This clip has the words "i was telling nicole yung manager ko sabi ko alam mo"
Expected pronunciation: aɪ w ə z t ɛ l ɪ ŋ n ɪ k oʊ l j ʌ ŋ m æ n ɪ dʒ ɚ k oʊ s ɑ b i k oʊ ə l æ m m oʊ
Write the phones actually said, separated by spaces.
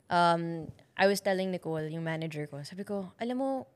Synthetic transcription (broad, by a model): aɪ w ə s t ɛ l ɪ ŋ n ɪ k oʊ l j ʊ ŋ m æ n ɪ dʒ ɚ k oʊ s ɑ b i k oʊ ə l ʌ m m oʊ